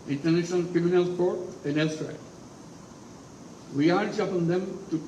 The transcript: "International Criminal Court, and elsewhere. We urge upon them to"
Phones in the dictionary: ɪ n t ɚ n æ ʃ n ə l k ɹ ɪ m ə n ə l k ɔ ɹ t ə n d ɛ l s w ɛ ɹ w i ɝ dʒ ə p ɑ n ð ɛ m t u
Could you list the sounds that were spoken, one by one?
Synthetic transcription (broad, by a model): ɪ n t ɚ n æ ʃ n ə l k ɹ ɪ m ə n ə l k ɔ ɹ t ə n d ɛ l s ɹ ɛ l w i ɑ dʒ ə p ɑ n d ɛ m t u